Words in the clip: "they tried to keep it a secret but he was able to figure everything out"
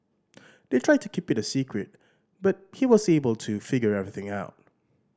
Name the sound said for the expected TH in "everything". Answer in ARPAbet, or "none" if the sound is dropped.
TH